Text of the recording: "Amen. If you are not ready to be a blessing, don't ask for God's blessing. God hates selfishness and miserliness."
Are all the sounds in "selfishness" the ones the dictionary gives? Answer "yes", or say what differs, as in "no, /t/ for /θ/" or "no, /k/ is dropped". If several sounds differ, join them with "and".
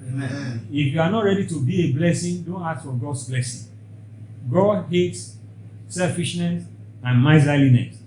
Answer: yes